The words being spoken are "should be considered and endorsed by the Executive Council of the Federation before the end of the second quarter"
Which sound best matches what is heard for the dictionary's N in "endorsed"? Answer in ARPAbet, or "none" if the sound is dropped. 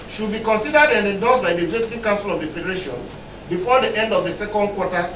none